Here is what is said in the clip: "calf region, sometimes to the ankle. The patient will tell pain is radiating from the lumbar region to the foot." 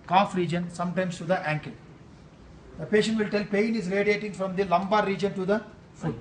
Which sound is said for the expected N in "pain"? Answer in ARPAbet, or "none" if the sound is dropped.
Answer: N